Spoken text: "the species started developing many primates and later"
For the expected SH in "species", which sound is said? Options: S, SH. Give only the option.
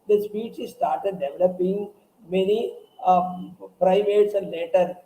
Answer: S